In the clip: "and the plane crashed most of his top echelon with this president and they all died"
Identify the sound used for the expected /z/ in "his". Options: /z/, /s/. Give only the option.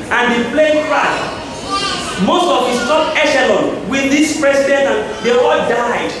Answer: /s/